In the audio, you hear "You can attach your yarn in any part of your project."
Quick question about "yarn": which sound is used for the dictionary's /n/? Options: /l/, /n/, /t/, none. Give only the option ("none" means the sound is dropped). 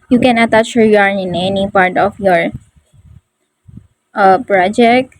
none